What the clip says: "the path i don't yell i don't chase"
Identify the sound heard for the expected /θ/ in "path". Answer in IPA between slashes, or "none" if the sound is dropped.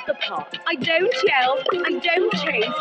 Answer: /t/